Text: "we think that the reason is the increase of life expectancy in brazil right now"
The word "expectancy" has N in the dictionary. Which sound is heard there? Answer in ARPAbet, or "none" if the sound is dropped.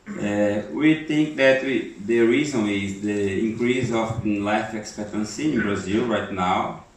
N